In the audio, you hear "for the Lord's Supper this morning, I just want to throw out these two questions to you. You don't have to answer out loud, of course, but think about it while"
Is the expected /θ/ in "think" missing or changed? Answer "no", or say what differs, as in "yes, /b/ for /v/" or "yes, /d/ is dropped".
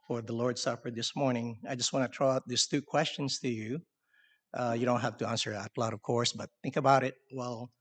no